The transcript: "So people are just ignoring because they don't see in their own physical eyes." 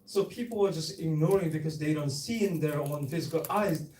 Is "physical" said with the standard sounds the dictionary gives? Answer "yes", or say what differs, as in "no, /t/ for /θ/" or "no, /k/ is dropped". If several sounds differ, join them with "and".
yes